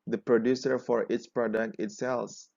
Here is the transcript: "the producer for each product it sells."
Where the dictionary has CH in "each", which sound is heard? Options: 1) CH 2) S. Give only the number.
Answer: 2